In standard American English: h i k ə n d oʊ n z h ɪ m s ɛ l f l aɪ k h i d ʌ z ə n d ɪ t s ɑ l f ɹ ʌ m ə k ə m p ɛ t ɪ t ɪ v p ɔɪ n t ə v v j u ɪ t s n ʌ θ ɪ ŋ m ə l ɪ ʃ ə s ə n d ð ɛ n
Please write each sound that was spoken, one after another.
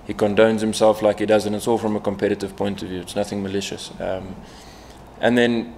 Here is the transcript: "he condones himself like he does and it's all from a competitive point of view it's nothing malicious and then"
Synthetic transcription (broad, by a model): h i k ə n d oʊ n z h ɪ m s ɛ l f l aɪ k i d ʌ z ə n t ɪ t s ɑ l f ɹ ʌ m ə k ə m p ɛ t ɪ t ɪ v p ɔɪ n t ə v v j u ɪ t s n ʌ θ ɪ ŋ m ə l ɪ ʃ ə s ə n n ð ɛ n